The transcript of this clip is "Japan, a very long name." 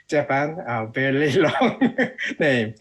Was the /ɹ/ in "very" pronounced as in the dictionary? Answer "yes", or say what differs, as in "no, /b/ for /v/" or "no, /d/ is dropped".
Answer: no, /l/ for /ɹ/